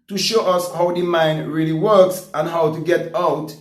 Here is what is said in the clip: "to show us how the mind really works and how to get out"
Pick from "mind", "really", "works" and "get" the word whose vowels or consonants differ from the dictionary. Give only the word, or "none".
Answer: none